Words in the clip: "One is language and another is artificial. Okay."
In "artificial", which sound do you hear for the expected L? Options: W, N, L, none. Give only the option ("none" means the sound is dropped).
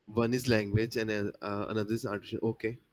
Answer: N